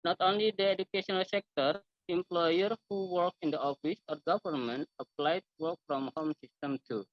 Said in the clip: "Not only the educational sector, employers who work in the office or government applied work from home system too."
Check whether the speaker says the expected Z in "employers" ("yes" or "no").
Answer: no